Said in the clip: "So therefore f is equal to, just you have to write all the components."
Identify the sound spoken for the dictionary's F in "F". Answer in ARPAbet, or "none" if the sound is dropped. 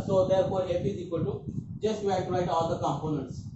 P